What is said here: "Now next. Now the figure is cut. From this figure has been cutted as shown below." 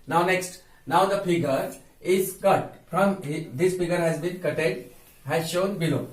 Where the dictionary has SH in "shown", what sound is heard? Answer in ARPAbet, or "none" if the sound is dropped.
SH